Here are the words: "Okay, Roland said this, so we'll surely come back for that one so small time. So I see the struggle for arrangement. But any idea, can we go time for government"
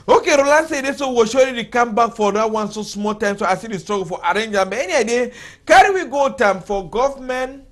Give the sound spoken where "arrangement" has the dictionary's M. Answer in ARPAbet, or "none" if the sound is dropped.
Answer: none